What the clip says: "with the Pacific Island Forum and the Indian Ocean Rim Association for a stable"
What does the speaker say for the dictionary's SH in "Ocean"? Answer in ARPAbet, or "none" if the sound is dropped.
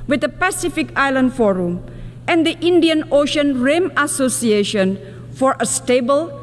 SH